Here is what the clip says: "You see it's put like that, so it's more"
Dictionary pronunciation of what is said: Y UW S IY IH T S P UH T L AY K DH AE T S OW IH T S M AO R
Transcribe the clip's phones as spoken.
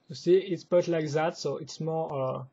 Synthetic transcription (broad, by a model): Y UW S IY IH T S B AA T L AY K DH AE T S OW IH T S M AO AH